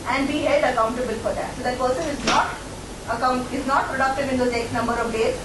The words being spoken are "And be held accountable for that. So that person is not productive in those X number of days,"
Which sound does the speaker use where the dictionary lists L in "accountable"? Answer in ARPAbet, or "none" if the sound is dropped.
L